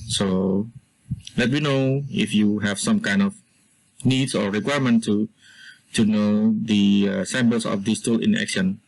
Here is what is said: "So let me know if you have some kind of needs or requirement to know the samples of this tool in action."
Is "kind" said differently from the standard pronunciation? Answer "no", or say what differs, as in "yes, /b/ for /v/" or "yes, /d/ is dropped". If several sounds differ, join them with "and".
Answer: no